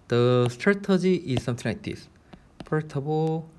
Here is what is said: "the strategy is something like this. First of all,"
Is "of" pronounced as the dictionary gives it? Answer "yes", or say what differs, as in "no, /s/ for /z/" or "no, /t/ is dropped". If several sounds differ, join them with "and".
no, /b/ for /v/